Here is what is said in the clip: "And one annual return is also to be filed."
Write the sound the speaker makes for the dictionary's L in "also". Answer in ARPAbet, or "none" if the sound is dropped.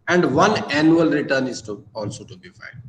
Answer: L